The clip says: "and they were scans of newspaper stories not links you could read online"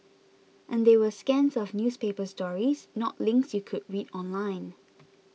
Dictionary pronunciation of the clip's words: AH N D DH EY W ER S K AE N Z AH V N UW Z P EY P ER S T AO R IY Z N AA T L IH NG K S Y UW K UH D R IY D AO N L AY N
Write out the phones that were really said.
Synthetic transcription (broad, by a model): AH N D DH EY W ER S K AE N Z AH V N UW S P EY P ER S T AO R IY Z N AA T L IH NG K S Y UW K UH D R IY D AO N L AY N